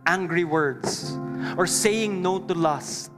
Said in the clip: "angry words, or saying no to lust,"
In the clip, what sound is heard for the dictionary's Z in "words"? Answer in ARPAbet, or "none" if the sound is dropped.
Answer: S